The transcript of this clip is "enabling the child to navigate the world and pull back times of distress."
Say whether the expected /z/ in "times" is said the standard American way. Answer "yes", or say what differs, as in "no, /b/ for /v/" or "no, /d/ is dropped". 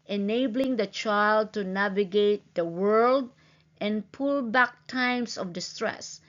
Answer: no, /s/ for /z/